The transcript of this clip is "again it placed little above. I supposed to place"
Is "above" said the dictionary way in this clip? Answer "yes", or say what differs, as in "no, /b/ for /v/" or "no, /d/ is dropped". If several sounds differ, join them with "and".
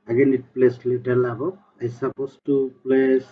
no, /v/ is dropped